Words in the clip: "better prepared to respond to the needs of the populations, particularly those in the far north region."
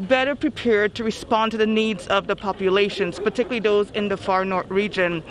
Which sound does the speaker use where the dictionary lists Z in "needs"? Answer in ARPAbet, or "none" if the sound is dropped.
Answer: Z